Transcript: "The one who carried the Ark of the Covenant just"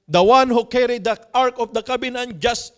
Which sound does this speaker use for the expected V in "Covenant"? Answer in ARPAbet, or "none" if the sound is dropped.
B